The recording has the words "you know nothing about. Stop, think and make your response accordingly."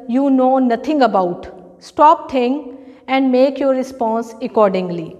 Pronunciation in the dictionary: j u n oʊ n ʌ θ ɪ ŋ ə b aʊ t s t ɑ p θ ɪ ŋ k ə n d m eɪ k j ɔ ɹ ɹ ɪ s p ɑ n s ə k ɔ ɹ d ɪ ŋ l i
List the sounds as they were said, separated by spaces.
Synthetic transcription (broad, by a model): j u n oʊ n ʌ t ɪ ŋ ə b aʊ t s t ɑ p t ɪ ŋ ə n d m eɪ k j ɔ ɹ ɹ ɪ s p ɑ n s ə k ɔ ɹ d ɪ ŋ l i